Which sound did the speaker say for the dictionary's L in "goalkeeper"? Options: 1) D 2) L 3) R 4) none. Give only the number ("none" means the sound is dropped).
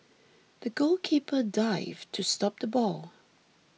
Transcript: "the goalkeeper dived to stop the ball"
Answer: 2